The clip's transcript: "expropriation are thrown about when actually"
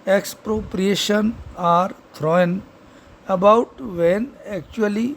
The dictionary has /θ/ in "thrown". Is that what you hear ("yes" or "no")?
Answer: no